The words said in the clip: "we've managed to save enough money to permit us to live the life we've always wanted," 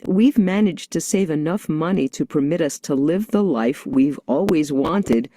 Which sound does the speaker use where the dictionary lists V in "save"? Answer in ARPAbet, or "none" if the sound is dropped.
V